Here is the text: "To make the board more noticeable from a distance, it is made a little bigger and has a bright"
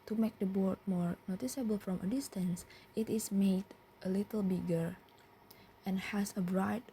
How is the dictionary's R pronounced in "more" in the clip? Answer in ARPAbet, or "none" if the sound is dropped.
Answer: R